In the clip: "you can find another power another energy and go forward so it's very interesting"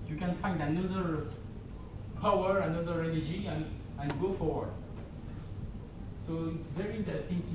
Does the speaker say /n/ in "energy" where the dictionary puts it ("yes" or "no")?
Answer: no